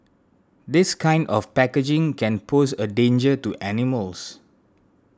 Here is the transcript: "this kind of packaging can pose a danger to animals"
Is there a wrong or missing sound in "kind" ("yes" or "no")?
no